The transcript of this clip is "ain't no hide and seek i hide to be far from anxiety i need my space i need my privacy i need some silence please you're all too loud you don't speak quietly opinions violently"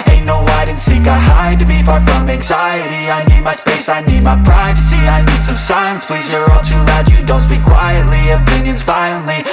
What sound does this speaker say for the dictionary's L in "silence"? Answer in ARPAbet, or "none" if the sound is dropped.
none